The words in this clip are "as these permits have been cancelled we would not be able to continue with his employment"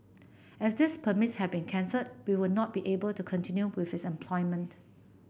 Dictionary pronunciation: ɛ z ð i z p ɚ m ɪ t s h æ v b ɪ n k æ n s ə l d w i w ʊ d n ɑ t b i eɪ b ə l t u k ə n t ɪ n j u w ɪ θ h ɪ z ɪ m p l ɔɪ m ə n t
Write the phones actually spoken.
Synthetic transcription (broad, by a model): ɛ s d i s p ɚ m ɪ t s h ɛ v b ɪ n k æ n s ə d w i w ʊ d n ɑ t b i eɪ b ə l t u k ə n t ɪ n j u w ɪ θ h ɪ s ɪ m p l ɔɪ m ə n t